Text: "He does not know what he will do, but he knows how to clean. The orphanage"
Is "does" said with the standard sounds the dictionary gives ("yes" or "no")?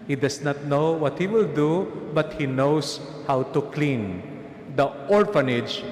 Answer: no